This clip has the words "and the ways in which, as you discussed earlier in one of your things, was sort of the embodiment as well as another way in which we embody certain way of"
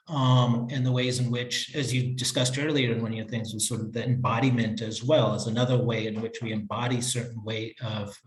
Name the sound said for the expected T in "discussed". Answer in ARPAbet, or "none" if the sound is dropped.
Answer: T